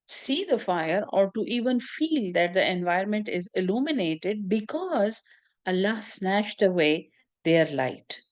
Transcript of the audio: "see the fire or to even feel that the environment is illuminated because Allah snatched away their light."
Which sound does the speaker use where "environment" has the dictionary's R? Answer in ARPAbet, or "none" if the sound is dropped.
none